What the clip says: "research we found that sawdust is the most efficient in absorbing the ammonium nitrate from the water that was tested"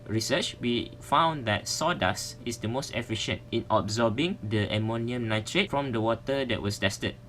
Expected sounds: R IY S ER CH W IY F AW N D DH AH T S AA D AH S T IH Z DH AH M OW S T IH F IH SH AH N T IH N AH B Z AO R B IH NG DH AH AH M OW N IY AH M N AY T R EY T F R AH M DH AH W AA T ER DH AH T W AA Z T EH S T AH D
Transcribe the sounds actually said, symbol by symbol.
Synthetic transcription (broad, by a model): R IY S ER CH W IY F AW N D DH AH T S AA D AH S IH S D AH M OW S T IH F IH SH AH N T IH N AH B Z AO B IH NG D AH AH M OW N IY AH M N AY T R EY T F R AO M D AH W AA T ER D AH T W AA S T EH S T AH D